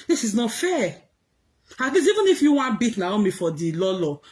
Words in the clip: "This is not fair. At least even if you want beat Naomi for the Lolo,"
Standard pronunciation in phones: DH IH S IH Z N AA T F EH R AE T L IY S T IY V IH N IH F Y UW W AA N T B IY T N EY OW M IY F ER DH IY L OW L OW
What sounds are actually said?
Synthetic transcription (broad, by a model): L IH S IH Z N AA T F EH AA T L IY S IY V IH N IH F Y UW W AA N B IY T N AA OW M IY F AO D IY L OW L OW